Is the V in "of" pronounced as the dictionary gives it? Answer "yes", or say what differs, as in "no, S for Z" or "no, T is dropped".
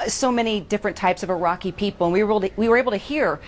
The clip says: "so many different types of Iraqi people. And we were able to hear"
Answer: yes